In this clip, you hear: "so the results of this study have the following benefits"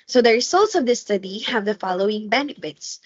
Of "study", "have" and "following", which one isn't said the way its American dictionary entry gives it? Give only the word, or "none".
none